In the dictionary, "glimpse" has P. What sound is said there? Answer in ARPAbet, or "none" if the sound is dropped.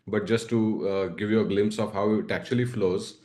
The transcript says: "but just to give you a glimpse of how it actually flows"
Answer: P